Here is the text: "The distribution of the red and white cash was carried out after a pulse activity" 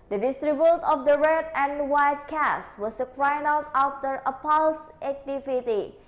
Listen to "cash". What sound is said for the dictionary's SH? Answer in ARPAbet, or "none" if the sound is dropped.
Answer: S